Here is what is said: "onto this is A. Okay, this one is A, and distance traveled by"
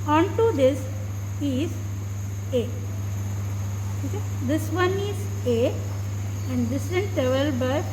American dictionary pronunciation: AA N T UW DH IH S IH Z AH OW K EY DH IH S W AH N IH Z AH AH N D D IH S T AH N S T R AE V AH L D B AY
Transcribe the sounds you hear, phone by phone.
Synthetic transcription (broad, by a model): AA N T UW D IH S IH Z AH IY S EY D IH S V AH N IH Z AH AH N D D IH S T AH N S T EH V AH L B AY